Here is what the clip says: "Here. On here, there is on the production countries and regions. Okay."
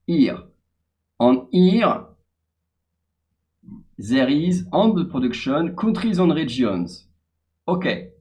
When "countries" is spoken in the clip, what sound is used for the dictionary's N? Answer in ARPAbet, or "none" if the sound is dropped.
none